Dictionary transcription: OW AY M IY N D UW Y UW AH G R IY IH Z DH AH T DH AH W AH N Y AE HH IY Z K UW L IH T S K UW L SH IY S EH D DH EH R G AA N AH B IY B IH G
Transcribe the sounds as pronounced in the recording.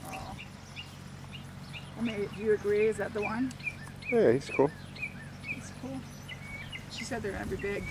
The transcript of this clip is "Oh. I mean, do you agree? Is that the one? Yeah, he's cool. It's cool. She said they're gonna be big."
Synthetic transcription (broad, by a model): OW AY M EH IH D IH Y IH AH G R IY IH Z DH AH T DH AH W AH N Y AE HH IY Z K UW L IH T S K UW L SH IY S EH D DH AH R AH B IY B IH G